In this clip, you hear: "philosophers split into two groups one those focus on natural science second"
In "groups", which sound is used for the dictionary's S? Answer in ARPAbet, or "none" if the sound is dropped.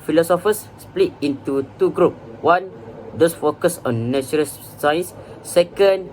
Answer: none